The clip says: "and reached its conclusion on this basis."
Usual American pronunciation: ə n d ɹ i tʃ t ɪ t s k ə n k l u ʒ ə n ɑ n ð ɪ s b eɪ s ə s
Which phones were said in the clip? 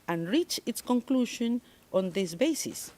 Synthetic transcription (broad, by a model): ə n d ɹ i tʃ ɪ t s k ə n k l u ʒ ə n ɑ n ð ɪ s b eɪ s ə s